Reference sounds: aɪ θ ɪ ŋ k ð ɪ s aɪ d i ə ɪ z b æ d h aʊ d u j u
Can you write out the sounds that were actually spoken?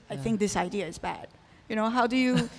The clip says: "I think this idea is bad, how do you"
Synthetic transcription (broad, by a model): aɪ θ ɪ ŋ k ð ɪ s aɪ d i ə ɪ z b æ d h aʊ d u j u